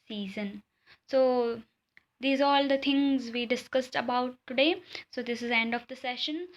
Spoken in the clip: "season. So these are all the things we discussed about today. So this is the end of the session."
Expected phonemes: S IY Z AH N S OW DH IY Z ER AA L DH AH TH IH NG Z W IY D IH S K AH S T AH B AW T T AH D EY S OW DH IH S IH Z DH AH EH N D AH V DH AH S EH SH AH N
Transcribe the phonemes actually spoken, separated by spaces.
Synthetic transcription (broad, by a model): S IY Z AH N S OW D IY Z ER AA L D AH T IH NG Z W IY D IH S K AH S T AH B AW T T AH D EY S OW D IH S IH Z EH N D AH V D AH S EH SH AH N